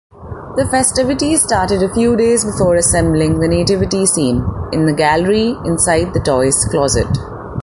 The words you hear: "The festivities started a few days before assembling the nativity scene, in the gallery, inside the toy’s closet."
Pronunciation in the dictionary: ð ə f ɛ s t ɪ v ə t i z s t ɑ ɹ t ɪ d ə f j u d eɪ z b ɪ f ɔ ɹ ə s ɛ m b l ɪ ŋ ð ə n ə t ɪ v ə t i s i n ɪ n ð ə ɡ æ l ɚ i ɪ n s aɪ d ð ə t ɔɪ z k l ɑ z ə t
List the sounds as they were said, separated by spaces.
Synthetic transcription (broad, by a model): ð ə f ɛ s t ɪ v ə t i s t ɑ ɹ t ɪ d ə f j u d eɪ z b ɪ f ɔ ɹ ə s ɛ m b l ɪ ŋ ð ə n ə t ɪ v ə t i s i n ɪ n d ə ɡ æ l ɚ i ɪ n s aɪ d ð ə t ɔɪ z k l ɑ z ə t